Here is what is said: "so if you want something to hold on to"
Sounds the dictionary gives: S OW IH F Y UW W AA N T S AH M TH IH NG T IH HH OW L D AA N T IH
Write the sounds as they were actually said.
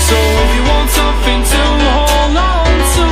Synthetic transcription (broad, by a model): S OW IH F Y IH W AA N T S AH M TH IH NG T IH HH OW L AA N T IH